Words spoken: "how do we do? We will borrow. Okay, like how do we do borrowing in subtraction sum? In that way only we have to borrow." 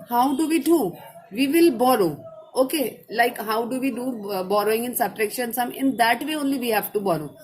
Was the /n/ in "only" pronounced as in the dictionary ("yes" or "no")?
yes